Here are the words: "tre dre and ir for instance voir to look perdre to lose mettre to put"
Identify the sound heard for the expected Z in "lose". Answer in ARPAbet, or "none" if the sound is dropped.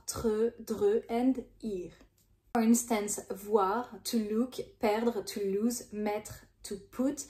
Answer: Z